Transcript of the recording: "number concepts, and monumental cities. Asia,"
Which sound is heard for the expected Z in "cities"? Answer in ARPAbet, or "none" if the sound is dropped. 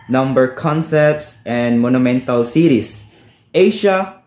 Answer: S